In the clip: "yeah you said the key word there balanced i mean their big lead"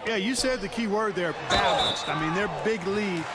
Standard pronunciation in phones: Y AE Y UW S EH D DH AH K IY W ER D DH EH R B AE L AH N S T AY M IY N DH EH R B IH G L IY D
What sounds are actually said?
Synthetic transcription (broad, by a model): Y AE Y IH S EH D DH AH K IY W ER D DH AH R B AE L AH N S T AY M IY N DH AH R B IH G L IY